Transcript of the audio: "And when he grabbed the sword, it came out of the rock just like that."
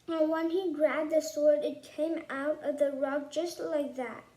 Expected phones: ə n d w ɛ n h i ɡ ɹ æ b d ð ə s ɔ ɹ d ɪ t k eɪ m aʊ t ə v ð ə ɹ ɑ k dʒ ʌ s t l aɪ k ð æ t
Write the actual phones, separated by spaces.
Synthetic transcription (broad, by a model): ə n w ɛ n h i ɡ ɹ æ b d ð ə s ɔ ɹ d ɪ t k eɪ m aʊ t ə v ð ə ɹ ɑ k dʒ ʌ s t l aɪ k ð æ t